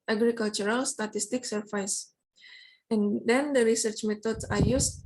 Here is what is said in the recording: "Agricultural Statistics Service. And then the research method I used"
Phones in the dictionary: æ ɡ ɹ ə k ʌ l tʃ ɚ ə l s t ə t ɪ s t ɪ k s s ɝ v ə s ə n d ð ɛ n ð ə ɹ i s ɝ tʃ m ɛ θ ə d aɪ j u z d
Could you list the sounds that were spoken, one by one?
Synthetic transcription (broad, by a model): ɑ ɡ ɹ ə k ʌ l tʃ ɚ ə l s t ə t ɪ s t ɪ k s s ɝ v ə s ə n d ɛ n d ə ɹ i s ɝ tʃ m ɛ t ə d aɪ j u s